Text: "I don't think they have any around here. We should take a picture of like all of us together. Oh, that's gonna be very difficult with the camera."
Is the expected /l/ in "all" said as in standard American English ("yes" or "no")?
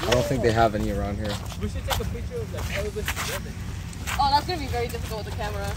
no